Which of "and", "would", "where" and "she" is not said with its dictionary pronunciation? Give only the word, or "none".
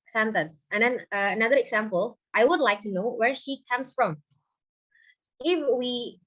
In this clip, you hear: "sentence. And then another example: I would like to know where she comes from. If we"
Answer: none